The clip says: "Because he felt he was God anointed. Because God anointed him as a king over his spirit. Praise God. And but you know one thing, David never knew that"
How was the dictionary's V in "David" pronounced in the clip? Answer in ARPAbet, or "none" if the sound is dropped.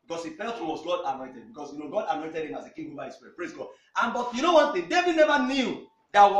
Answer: V